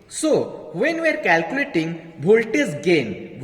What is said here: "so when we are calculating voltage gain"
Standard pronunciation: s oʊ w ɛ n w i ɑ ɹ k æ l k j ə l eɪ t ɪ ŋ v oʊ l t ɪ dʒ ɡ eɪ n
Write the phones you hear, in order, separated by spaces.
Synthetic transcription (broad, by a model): s oʊ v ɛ n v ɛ ɹ k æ l k j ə l eɪ t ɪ ŋ b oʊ l t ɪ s ɡ eɪ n